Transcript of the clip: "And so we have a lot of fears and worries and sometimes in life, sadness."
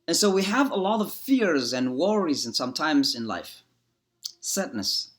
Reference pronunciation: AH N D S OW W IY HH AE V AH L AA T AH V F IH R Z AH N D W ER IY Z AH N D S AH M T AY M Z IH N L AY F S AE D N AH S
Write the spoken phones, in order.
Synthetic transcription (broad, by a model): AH N S OW W IY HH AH V AH L AA T AH V F IH R Z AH N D W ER IY Z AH N S AH M T AY M Z IH N L AY F S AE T N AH S